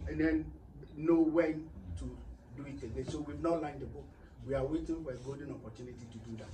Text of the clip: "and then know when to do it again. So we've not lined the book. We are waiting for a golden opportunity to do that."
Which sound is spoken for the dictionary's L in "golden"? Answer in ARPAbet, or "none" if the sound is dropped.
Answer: none